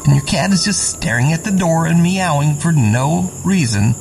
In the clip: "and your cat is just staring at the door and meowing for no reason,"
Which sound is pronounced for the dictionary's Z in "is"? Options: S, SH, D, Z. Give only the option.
Z